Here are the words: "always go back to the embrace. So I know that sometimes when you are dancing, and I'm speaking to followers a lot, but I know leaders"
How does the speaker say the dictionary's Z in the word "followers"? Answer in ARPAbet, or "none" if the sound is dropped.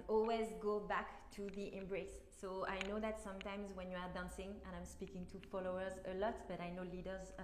Z